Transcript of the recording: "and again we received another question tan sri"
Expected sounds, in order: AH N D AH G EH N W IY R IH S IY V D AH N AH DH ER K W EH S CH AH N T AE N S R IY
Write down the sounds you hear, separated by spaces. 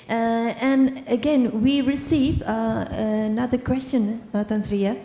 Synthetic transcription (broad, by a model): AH N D AH G EH N W IY R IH S IY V AH N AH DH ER K W EH S CH AH N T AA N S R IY